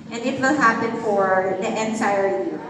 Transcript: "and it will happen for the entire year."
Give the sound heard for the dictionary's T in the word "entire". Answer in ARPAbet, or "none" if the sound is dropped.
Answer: S